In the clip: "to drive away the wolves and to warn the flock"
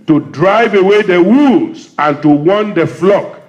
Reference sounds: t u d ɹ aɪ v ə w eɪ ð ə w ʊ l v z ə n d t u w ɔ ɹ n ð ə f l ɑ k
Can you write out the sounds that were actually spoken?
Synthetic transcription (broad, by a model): t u d ɹ aɪ v ə w eɪ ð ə w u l z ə n t u w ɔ n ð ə f l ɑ k